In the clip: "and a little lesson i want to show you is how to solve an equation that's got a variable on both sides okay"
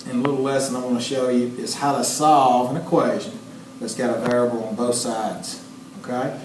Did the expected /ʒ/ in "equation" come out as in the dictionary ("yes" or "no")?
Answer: yes